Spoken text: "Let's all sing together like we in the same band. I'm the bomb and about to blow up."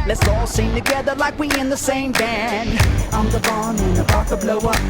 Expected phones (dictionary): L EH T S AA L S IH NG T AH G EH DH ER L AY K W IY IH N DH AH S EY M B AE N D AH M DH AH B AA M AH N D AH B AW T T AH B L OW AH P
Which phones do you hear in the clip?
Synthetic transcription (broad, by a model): L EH T S AA L S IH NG T AH G EH DH ER L AY K W IY IH N DH AH S EY M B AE N AH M DH AH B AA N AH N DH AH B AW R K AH B L OW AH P